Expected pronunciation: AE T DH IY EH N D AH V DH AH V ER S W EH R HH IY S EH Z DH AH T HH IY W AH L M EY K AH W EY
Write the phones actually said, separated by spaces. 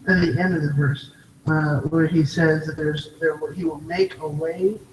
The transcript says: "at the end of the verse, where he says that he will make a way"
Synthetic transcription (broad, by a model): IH T DH IY EH N D AH V DH AH V ER S W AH R IY S EH Z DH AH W HH IY W AH L M EY K AH W EY